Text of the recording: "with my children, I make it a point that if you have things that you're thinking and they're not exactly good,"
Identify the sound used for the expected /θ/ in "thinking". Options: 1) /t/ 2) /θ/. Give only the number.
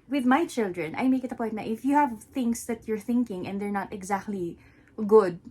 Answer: 2